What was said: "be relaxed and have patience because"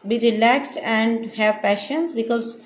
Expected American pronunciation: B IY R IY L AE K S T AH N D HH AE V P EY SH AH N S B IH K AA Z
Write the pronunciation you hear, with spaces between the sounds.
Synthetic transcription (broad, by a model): B IY R IY L AE K S T AH N D HH AE V P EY SH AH N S B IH K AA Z